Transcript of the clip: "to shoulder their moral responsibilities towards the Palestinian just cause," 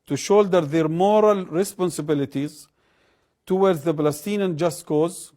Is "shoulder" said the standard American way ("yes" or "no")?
yes